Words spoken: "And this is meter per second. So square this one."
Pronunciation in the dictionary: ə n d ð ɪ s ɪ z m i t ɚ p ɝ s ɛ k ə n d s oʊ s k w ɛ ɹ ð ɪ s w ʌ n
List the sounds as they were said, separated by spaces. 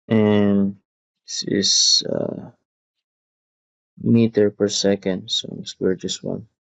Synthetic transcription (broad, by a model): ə n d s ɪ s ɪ m i t ɚ p ɝ s ɛ k ə n d s oʊ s w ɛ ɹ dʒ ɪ s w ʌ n